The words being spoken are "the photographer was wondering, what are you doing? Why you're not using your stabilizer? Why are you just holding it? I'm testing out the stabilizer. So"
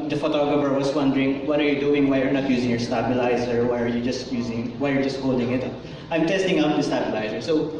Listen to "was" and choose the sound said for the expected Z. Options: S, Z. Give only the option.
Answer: S